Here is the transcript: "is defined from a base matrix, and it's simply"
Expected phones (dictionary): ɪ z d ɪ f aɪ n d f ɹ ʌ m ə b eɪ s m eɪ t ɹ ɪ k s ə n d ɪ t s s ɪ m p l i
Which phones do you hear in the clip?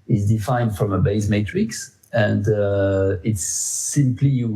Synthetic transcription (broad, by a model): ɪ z d ɪ f aɪ n d f ɹ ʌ m ə b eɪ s m eɪ t ɹ ɪ k s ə n d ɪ t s s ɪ m p l i